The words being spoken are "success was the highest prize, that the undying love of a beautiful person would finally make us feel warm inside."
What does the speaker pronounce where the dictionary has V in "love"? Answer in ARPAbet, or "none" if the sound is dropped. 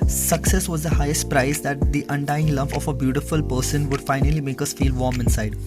P